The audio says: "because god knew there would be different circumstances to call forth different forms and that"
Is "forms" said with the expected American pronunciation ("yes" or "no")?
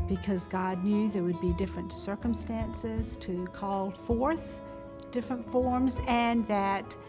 yes